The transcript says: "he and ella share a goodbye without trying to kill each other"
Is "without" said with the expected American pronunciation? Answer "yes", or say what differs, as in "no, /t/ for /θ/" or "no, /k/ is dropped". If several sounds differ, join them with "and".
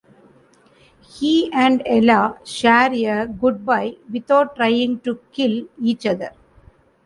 no, /t/ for /θ/